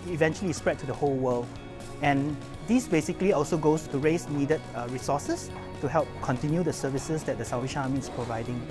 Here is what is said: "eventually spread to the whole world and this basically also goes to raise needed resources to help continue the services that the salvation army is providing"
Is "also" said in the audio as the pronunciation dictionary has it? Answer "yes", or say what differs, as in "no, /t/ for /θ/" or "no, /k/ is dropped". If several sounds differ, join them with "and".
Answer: yes